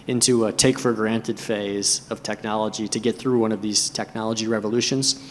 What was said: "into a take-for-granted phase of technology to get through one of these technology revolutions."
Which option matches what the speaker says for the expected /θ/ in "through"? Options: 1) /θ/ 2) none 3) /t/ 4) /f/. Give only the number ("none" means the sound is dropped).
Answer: 1